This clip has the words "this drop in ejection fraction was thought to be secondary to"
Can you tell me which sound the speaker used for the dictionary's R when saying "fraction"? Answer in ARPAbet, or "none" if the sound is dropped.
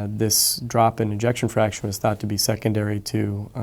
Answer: R